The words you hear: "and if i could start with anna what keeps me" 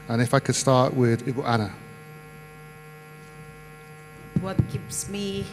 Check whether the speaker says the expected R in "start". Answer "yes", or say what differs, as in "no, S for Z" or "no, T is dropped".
no, W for R